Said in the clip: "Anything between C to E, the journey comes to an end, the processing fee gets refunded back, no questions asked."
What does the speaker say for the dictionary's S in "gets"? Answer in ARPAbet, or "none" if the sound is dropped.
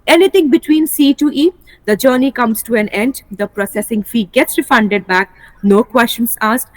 S